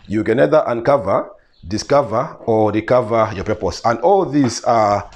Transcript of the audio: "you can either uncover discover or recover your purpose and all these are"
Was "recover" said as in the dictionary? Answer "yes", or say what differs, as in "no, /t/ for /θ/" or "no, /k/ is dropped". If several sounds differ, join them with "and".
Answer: yes